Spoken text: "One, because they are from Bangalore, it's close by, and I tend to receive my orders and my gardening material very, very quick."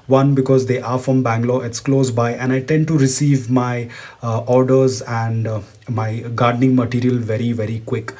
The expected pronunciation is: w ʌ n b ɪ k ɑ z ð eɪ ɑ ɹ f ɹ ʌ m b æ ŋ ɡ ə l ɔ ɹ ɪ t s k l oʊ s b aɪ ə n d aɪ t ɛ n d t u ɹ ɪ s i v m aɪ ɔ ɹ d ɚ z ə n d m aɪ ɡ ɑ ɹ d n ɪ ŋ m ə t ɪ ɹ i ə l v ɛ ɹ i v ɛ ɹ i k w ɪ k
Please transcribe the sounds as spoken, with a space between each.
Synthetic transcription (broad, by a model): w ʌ n b ɪ k ɑ z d eɪ ɑ ɹ f ɹ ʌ m b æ ŋ ɡ l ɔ ɪ t s k l oʊ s b aɪ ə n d aɪ t ɛ n d t u ɹ ɪ s i v m aɪ ɔ ɹ d ɚ z ə n d m aɪ ɡ ɑ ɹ d n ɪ ŋ m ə t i ɹ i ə l v ɛ ɹ i v ɛ ɹ i k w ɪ k